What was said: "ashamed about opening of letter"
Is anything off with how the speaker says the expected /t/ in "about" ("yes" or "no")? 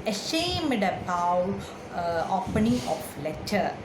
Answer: yes